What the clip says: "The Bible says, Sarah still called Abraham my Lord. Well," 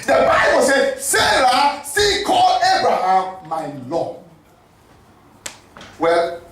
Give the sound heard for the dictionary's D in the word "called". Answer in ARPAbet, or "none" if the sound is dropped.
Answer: none